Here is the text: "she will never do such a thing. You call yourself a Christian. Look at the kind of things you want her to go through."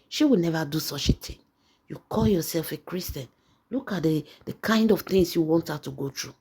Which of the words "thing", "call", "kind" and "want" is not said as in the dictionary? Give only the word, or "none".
thing